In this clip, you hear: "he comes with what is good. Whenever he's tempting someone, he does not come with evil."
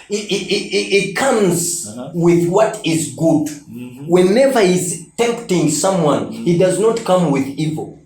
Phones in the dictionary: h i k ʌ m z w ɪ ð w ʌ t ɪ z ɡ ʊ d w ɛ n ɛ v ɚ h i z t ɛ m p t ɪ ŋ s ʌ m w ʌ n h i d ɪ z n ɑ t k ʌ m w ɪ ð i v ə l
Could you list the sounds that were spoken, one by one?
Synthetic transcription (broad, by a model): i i k ʌ m z w ɪ ð w ʌ t ɪ z ɡ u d w ɛ n ɛ v ɚ h i z t ɛ m p t ɪ ŋ s ʌ m w ʌ n h i d ɪ z n ɑ t k ʌ m w ɪ ð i v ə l